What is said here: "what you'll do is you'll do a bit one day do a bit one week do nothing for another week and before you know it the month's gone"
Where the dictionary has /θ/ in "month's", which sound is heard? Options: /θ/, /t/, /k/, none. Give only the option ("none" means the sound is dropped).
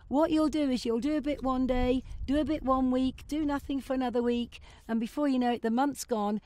/θ/